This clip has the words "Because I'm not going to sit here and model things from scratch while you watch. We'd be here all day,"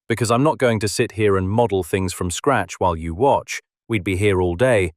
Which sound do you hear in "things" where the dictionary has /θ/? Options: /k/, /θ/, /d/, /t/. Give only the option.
/θ/